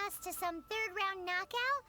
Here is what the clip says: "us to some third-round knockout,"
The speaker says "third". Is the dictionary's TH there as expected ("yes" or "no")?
yes